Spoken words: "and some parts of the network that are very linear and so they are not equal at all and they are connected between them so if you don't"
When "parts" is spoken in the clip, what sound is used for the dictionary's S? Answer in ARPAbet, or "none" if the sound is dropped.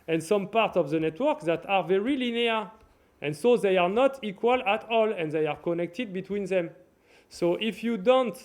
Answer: S